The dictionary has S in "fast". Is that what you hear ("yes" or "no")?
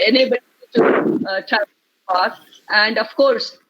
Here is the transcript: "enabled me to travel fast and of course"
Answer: no